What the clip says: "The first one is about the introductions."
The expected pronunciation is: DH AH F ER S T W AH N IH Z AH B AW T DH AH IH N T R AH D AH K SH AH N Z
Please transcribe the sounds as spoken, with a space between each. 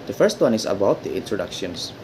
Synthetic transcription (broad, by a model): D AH F ER S T W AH N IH S AH B AW T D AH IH N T R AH D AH K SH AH N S